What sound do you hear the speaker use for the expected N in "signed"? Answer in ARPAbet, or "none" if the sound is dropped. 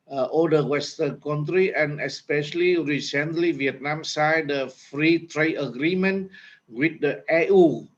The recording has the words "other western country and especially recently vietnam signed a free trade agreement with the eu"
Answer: none